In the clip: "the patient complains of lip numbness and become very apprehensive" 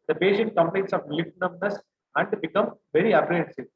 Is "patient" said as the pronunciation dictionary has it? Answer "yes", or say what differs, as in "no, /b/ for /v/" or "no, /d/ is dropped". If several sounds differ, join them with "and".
no, /b/ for /p/ and /s/ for /ʃ/